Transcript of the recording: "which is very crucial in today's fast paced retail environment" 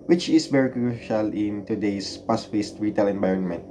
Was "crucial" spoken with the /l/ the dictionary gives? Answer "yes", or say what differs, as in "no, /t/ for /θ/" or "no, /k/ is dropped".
yes